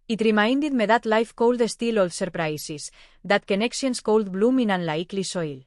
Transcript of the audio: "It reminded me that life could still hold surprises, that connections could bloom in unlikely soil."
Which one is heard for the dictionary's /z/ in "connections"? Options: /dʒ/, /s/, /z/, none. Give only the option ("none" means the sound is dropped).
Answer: /s/